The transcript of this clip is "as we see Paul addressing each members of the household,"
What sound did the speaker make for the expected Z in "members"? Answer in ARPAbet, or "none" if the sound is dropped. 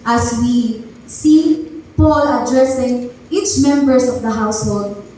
S